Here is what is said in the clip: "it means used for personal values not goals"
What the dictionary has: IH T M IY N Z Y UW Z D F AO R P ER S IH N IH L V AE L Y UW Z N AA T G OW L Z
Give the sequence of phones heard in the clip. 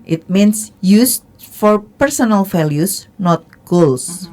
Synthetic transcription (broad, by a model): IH T M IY N S Y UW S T F AO R P ER S IH N IH L F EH L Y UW S N AA T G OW L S